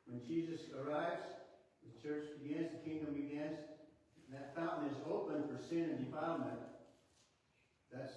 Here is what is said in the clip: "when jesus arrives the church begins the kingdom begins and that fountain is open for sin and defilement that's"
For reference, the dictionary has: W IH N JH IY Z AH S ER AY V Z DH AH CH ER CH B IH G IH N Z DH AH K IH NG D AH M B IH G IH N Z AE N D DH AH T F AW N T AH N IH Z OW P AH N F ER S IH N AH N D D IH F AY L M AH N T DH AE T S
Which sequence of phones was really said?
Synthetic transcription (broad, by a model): W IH N JH IY Z AH S ER AY V Z DH AH CH ER CH B IH G IH N Z DH AH K IH NG D AH M B IH G IH N Z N DH AH T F AW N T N IH Z OW P AH N F ER S IH N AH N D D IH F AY M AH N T DH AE T S